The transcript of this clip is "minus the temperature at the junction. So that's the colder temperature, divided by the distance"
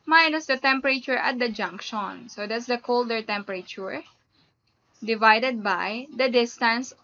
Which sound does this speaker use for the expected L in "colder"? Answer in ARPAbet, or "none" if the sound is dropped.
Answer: L